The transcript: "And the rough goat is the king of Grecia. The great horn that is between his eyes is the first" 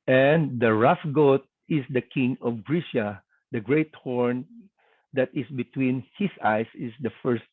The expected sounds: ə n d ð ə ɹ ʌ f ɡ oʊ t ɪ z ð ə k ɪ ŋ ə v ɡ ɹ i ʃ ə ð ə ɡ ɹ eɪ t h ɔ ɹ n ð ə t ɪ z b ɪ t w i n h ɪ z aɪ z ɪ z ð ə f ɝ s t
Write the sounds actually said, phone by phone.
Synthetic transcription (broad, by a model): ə n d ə ɹ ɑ f ɡ oʊ t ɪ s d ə k ɪ ŋ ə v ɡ ɹ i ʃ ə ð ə ɡ ɹ eɪ t h ɔ ɹ n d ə t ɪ s b ɪ t w i n h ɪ s aɪ s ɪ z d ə f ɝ s t